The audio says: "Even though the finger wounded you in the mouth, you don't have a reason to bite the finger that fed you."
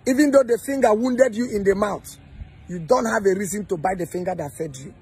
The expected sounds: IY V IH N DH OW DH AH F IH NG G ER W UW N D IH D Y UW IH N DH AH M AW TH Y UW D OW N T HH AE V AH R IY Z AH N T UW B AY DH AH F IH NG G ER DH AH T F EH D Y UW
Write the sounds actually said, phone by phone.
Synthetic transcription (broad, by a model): IY V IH N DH OW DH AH F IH NG G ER W UW N D IH D Y UW IH N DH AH M AW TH Y UW D OW N T HH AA V AH R IY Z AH N T UW B AY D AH F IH NG G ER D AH T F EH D Y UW